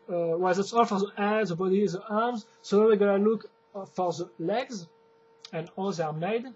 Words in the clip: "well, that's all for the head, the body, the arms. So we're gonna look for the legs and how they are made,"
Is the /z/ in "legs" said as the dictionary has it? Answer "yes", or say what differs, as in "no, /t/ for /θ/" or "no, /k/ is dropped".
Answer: yes